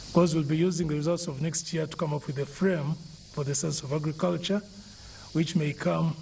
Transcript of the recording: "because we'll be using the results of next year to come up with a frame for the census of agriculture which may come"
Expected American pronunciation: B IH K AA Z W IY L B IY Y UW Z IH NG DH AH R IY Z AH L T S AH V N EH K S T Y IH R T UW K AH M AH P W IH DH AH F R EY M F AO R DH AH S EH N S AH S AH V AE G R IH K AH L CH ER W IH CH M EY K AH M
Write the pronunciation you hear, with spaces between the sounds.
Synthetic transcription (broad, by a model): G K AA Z W IY L B IY Y UW Z IH NG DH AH R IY Z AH L T S AH V N EH K S T Y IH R T UW K AH M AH P W IH DH AH F R EY M F AO R DH AH S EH N S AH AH V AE G R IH K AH L CH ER W IH CH M EY K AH M